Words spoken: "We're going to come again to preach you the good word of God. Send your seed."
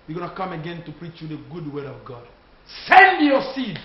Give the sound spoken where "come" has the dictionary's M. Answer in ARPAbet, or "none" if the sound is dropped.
M